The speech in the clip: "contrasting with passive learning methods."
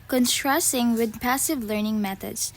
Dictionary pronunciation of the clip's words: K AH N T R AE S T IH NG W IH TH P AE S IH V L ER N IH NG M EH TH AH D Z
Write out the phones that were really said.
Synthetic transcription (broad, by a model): K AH N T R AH S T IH NG W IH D P AE S IH V L ER N IH NG M EH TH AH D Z